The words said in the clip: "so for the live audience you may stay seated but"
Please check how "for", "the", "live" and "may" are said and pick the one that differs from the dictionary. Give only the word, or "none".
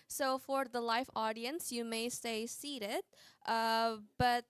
live